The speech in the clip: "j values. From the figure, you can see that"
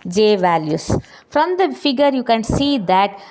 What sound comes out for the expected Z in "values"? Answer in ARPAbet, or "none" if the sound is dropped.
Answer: S